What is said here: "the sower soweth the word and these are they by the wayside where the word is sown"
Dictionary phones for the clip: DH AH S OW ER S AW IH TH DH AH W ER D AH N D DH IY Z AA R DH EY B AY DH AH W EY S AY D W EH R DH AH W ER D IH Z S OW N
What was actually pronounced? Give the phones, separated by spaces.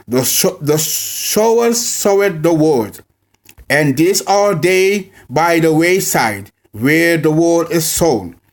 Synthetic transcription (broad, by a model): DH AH SH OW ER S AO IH T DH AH W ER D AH N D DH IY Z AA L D EY B AY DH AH W EY S AY D W EH R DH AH W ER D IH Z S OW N